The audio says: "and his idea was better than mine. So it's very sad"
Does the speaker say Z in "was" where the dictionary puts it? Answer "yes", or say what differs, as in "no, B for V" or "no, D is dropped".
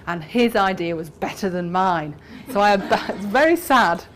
yes